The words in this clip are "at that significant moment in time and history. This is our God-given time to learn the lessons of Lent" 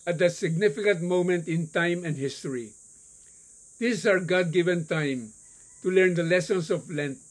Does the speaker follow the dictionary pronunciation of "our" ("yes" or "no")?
yes